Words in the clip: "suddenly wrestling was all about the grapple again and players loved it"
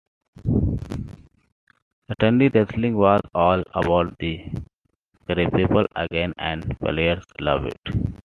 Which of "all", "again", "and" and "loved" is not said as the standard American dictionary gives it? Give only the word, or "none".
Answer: loved